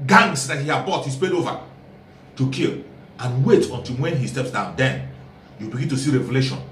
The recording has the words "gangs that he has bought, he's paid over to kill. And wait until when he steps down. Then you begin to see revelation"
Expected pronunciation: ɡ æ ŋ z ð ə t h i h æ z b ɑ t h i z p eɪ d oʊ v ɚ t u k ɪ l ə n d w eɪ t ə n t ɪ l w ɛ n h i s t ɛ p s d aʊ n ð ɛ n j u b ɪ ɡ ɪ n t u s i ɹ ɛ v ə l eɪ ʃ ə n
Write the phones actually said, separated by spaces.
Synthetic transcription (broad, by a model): ɡ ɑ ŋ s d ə t h i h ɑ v b ɑ t h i s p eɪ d oʊ v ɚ t u k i l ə n w eɪ t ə n t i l w ɛ n h i s t ɛ p s d aʊ n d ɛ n j u b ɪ ɡ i n t u s i ɹ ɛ v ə l eɪ ʃ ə n